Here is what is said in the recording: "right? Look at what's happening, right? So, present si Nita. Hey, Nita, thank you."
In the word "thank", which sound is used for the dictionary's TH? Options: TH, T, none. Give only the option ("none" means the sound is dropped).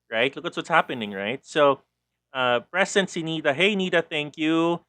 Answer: TH